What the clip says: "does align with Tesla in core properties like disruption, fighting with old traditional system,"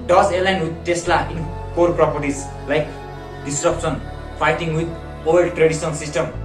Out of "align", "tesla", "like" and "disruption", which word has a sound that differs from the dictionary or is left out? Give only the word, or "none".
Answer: disruption